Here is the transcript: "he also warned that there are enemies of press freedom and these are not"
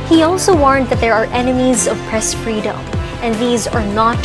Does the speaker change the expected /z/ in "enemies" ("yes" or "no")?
no